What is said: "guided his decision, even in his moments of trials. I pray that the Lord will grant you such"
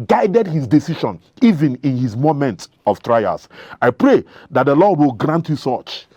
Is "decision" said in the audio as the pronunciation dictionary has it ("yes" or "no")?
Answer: no